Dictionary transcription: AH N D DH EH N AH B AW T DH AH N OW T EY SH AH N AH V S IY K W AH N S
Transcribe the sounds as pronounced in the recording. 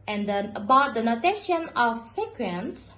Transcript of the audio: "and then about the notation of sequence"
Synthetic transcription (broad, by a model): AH N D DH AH AH B AW T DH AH N OW T EY SH AH N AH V S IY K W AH N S